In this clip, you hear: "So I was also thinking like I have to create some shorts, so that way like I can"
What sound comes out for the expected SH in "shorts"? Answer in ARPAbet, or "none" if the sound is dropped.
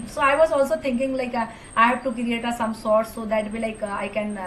S